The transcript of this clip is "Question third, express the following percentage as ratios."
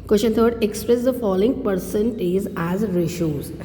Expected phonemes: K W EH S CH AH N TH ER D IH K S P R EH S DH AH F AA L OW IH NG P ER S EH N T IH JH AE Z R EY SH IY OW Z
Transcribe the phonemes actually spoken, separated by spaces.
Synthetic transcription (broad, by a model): K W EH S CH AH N T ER D IH K S P R EH S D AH F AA L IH NG P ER S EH N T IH Z AE Z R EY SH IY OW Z